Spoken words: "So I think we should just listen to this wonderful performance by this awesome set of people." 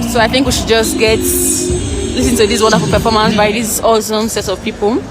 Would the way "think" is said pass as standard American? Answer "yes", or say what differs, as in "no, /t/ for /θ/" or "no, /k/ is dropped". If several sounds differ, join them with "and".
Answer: yes